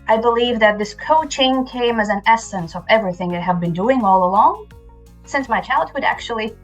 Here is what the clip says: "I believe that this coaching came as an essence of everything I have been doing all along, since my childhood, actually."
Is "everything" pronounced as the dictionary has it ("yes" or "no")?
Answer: yes